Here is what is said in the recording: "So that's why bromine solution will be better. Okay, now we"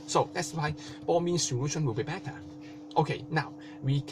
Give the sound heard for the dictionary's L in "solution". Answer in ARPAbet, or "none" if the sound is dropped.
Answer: W